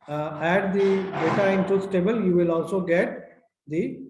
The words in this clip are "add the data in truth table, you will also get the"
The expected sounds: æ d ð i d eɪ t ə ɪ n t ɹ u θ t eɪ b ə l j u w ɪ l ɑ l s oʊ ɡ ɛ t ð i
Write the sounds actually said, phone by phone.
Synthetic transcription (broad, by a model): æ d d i d eɪ t ə ɪ n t u s t eɪ b ə l j u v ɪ l ɑ l s oʊ ɡ ɛ t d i